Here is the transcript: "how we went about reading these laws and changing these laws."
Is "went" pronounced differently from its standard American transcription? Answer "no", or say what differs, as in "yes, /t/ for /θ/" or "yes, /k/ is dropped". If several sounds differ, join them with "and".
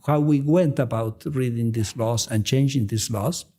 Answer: no